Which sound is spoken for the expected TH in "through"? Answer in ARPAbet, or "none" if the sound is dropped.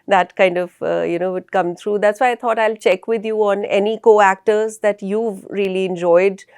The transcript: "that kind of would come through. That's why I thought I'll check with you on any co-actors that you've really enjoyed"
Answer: T